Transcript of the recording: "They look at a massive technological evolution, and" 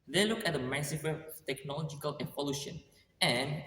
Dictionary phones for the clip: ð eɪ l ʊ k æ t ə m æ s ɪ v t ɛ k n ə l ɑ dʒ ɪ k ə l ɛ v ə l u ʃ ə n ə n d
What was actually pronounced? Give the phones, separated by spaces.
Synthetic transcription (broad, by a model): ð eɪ l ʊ k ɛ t ə m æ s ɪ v t ɛ k n ə l ɑ dʒ ɪ k ə l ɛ p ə l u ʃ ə n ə n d